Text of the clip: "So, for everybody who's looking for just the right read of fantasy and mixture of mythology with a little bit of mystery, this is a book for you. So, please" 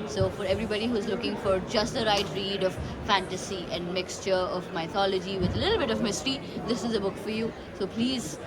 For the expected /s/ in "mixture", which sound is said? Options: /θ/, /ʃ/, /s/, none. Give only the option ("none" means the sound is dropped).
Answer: /s/